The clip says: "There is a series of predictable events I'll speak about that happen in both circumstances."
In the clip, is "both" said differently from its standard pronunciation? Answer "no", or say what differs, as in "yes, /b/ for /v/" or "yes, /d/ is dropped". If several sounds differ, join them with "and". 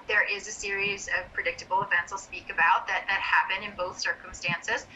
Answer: no